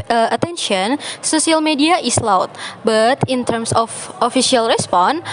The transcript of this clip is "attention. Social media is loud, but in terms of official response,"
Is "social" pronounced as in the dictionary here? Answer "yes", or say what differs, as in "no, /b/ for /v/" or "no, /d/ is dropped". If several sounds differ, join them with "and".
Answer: no, /s/ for /ʃ/